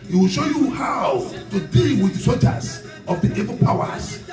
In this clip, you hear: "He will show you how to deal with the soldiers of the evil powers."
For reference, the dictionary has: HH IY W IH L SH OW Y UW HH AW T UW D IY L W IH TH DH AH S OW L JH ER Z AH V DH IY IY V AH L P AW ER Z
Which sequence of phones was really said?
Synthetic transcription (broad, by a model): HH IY W IH L SH OW Y UW HH AW T UW D IY L W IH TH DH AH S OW JH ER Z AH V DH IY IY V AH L P AW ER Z